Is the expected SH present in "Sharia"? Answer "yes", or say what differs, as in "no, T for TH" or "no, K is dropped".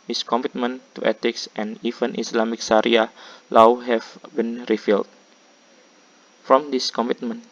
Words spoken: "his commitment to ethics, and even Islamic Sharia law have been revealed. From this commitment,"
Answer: no, S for SH